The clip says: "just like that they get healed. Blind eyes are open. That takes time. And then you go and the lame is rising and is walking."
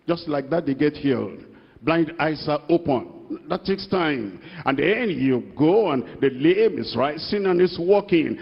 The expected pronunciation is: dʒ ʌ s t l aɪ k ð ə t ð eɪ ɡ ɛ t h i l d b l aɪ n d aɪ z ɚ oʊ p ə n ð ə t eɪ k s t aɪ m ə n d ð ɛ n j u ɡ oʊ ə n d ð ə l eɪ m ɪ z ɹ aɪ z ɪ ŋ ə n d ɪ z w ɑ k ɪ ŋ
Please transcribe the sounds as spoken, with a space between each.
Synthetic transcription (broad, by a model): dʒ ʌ s t l aɪ k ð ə t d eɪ ɡ ɛ t h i l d b l aɪ n d aɪ s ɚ oʊ p ə n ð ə t eɪ k s t aɪ m ə n d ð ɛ n j u ɡ oʊ ə n d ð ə l eɪ m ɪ s ɹ aɪ s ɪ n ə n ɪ s w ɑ k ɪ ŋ